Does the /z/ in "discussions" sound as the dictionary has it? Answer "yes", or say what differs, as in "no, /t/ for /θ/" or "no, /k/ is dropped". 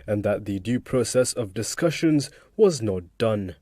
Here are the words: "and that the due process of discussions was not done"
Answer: yes